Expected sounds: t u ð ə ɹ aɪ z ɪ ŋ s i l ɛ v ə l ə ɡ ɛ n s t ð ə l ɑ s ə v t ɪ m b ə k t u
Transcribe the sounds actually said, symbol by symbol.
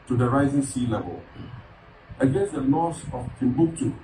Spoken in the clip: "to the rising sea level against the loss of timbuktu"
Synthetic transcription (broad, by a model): t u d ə ɹ aɪ z ɪ ŋ s i l ɛ v ə l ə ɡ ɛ n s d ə l ɑ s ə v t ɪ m b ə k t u